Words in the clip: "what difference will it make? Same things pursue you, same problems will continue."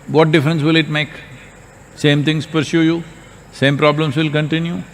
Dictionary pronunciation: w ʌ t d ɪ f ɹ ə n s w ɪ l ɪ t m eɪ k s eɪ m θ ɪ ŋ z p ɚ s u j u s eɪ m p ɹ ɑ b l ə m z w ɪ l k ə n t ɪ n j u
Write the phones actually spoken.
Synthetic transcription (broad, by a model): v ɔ t d ɪ f ɹ ə n s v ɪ l ɪ t m eɪ k s eɪ m t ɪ ŋ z p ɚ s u j u s eɪ m p ɹ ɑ b l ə m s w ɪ l k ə n t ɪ n j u